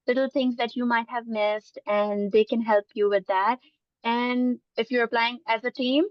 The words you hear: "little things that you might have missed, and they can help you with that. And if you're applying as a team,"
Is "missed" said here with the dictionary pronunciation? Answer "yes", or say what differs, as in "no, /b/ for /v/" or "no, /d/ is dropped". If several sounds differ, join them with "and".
yes